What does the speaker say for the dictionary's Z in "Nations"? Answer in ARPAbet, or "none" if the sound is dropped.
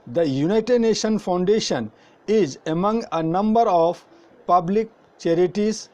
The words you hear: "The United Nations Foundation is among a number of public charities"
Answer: none